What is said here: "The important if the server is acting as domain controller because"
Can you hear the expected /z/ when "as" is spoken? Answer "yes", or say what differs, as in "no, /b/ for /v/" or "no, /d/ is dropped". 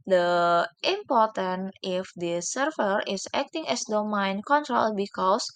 no, /s/ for /z/